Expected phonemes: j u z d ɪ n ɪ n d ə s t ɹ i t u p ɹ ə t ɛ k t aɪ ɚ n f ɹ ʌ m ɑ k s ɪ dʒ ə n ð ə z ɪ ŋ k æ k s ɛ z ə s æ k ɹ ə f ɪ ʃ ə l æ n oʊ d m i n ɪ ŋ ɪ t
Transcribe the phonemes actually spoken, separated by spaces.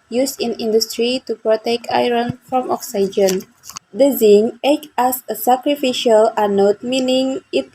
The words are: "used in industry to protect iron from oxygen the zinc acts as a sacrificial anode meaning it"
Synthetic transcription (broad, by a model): j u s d ɪ n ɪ n d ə s t ɹ i t u p ɹ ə t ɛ k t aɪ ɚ n f ɹ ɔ m ɑ k s ɪ dʒ ə n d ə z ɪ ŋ ɛ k ɑ s ə s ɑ k ɹ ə f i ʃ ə l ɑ n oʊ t m i n ɪ ŋ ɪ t